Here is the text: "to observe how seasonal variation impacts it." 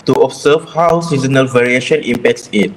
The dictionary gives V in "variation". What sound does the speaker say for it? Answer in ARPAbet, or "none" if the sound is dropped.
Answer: V